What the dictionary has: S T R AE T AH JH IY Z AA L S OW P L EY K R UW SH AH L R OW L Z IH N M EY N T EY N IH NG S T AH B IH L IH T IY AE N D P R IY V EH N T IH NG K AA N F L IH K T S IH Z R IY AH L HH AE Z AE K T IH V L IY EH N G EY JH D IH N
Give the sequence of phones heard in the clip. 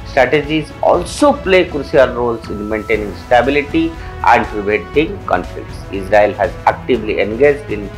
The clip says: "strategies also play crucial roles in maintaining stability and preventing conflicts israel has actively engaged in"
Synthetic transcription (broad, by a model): S T R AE T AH JH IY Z AA L S OW P L EY K R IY AH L R OW L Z IH N M EY N T EY N IH NG S T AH B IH L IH T IY AE N D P R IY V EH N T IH NG K AA N F L IH K T S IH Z R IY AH L HH AE Z AE K T IH V L IY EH N G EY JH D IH N